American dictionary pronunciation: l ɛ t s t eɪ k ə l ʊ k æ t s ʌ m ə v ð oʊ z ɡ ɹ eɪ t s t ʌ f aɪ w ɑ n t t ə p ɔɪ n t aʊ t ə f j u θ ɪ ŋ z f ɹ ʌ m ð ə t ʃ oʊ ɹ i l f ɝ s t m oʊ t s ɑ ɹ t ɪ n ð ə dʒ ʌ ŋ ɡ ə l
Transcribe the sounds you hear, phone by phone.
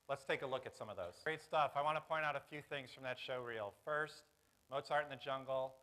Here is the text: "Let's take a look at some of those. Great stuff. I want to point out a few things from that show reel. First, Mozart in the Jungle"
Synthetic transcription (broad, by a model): l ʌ t s t eɪ k ə l ʊ k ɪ t s ʌ m ə v ð oʊ z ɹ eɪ t s t ʌ f aɪ w ɑ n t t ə p ɔɪ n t aʊ t ə f j u θ ɪ ŋ z f ɹ ʌ m ð ə t ʃ oʊ ɹ i l f ɝ s t m oʊ t s ɑ ɹ t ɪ n ð ə dʒ ʌ ŋ ɡ l